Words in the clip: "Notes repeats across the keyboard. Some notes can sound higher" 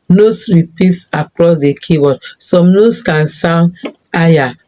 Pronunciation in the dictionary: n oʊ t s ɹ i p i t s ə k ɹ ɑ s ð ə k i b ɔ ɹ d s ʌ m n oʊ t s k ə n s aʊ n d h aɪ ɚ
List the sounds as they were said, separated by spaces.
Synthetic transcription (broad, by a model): n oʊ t s ɹ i p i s ə k ɹ ɑ s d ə k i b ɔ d s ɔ m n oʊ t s k ə n s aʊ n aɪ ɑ